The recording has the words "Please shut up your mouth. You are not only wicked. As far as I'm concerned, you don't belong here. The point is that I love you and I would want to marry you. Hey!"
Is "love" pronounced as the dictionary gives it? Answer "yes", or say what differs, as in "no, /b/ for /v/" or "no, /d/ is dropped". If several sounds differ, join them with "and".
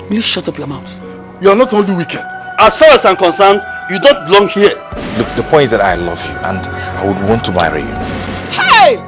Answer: yes